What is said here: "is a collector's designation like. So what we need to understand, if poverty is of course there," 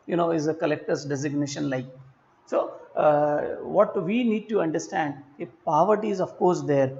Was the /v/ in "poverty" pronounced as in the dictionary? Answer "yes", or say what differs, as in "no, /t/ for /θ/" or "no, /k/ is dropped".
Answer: yes